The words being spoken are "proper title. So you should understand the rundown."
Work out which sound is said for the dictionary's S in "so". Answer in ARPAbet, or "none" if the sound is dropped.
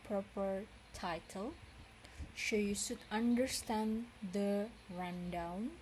SH